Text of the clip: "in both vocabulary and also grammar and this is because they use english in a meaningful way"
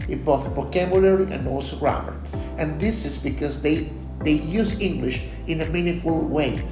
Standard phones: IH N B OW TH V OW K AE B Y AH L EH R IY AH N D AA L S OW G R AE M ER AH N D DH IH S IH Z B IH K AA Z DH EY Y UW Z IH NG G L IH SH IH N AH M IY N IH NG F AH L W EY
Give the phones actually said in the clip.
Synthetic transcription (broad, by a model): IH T B OW TH B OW K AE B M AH L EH R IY AH N D AA L S OW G R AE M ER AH N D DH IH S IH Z B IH K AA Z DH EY Y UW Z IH NG G L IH SH IH N AH M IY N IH F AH L W EY